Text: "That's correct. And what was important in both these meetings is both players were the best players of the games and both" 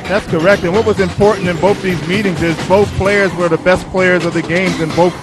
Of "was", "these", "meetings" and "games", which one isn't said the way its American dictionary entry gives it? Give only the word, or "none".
none